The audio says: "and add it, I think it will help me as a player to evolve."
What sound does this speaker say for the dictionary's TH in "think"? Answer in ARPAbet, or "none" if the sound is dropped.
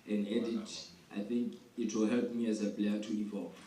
TH